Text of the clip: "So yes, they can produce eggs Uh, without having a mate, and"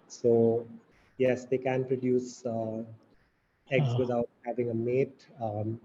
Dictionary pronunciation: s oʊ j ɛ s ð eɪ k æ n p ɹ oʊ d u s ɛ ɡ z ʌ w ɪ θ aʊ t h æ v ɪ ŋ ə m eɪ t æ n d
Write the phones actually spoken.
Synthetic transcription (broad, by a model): s oʊ j ɛ s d eɪ k æ n p ɹ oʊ d u s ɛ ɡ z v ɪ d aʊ t h æ v ɪ ŋ ə m eɪ t